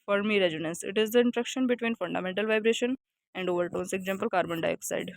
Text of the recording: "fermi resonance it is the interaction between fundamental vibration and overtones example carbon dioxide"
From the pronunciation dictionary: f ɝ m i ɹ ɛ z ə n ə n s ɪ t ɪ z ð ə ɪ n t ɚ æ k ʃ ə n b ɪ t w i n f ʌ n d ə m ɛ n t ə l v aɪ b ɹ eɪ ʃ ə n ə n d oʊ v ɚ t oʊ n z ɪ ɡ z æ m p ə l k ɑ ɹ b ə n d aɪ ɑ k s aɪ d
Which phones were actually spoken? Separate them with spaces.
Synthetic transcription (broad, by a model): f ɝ m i ɹ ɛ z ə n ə n s ɪ t ɪ z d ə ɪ n t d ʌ k ʃ ə n b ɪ t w i n f ʌ n d ə m ɛ n t ə l v aɪ b ɹ eɪ ʃ ə n ə n d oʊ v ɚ t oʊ n s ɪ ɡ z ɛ m p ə l k ɑ ɹ b ə n d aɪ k s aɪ d